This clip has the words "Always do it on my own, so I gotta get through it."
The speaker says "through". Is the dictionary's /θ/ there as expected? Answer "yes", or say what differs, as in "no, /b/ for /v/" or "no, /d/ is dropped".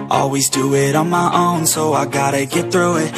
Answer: yes